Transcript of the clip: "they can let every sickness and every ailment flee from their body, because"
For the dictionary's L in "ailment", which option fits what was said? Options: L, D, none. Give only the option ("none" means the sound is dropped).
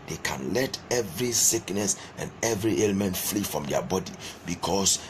L